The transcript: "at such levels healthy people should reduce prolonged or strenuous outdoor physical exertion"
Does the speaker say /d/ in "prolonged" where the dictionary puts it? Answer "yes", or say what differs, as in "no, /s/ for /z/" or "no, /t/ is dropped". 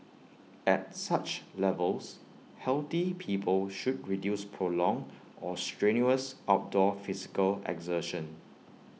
no, /d/ is dropped